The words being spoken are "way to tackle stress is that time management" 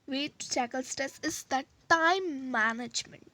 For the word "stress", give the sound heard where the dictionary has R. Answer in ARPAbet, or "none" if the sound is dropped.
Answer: none